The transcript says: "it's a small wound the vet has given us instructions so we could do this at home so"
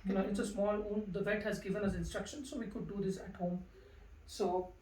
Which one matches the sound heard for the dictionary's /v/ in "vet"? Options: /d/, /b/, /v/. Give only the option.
/v/